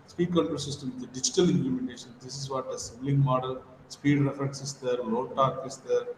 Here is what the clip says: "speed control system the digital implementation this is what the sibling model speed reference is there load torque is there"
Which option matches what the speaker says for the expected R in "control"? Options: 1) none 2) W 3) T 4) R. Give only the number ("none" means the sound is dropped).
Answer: 1